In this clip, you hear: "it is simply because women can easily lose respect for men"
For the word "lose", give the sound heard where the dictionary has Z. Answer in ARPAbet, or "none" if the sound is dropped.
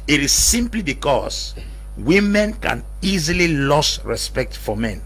S